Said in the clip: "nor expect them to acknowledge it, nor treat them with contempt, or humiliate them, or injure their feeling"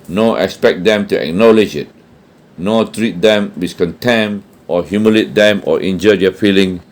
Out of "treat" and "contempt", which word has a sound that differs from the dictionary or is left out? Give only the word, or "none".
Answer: contempt